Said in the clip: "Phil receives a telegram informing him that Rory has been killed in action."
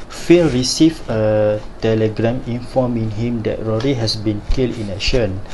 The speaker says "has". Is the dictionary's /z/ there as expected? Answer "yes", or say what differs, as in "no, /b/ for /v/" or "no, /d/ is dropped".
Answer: no, /s/ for /z/